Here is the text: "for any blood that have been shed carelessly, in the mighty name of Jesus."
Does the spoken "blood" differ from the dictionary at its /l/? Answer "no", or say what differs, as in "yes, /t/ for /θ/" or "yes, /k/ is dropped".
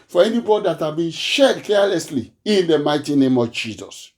yes, /l/ is dropped